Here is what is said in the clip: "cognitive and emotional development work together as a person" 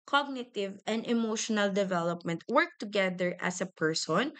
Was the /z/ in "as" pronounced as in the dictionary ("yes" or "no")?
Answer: no